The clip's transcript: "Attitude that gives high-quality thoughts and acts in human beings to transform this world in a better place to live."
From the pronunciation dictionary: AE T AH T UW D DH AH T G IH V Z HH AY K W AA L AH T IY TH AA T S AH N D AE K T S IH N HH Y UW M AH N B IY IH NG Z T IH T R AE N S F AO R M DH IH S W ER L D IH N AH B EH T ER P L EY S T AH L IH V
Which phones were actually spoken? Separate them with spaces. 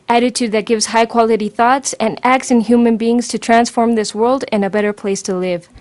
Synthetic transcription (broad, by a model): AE T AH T UW D DH AH T G IH V Z HH AY K W AA L AH T IY TH AA T S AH N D AE K T S IH N HH Y UW M AH N B IY IH NG Z T IH T R AE N S F AO R M DH IH S W ER L D IH N AH B EH T ER P L EY S T AH L IH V